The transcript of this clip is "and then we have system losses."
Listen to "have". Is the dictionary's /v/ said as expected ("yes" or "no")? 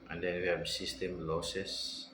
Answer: no